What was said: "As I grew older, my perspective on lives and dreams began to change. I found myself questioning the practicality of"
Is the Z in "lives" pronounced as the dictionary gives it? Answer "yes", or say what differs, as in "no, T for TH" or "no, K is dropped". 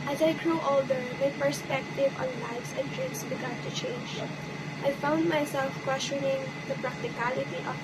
no, S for Z